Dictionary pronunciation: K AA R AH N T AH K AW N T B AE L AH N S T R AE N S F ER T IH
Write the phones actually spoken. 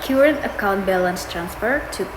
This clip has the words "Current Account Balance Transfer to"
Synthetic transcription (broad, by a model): K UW R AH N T AH K AW N T B AE L AH N S T R AE N S F ER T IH